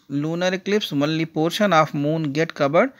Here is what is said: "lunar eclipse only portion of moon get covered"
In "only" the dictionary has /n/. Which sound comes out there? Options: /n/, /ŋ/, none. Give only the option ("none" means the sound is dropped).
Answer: none